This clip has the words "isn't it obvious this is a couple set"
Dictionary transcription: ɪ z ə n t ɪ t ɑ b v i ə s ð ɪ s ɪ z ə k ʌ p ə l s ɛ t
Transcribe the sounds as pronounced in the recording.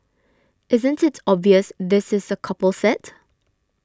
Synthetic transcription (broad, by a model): ɪ z ə n t ɪ t ɑ b v i ə s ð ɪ s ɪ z ə k ʌ p ə l s ɛ t